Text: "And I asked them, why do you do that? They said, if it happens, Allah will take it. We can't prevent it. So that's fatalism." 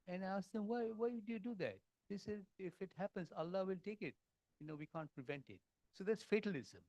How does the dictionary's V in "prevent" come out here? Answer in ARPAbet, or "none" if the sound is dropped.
V